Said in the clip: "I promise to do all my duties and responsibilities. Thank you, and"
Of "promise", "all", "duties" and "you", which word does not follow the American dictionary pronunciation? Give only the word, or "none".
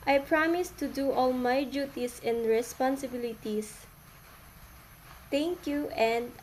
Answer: duties